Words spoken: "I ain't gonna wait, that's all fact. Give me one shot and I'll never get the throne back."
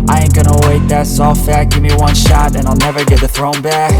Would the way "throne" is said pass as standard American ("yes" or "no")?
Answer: yes